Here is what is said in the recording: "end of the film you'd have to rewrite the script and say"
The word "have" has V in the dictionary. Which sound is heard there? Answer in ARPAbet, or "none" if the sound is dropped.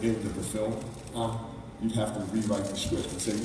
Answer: F